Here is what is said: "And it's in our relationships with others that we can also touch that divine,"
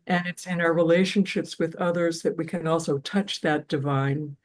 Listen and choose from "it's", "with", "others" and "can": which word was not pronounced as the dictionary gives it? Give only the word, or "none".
none